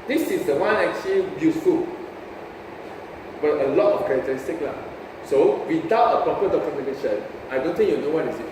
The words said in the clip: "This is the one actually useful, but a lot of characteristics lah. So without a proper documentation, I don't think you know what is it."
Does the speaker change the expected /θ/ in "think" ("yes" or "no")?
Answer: yes